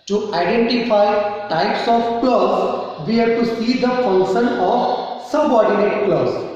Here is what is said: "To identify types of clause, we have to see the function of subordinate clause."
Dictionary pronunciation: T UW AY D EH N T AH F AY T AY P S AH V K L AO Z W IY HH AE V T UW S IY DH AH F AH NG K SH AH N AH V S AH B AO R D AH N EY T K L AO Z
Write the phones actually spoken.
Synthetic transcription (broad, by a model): T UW AY D EH N T AH F AY T AY P S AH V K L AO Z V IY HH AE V T UW S IY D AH F AH NG K SH AH N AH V S AH B AO R D AH N EY T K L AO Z